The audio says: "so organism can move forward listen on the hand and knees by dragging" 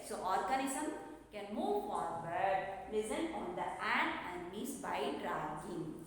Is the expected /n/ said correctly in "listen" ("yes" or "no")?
no